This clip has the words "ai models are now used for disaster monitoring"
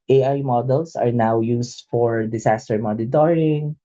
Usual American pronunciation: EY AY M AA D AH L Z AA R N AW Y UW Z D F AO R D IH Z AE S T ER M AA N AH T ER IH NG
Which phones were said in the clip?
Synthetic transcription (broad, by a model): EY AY M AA D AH L S AA R N AW Y UW S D F AO R D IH S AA S T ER M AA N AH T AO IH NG